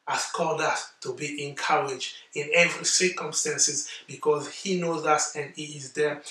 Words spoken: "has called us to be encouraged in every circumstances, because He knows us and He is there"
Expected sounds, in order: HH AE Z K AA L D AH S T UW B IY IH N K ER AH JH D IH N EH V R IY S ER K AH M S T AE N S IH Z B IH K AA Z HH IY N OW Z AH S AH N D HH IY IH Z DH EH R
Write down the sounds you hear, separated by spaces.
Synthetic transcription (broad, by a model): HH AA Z K AA L D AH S T UW B IY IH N K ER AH JH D IH N EH V R IY S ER K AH M S T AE N S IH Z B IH K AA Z HH IY N OW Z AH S AH N D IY IH Z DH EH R